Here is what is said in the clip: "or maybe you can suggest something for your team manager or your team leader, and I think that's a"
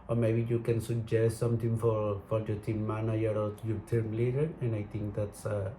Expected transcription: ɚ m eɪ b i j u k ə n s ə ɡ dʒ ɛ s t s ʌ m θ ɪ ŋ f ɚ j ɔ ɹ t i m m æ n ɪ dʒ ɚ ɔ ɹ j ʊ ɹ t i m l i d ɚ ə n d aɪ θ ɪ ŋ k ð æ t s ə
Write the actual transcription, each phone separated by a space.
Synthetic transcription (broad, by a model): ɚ m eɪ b i j u k ə n s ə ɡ dʒ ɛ s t s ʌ m t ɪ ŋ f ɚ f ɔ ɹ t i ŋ m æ n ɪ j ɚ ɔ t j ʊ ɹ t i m l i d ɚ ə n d aɪ t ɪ ŋ k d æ t s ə